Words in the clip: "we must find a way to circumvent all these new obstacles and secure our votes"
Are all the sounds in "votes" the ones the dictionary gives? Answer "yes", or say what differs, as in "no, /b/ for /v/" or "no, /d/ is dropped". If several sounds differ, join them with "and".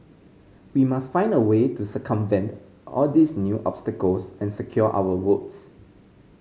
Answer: no, /w/ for /v/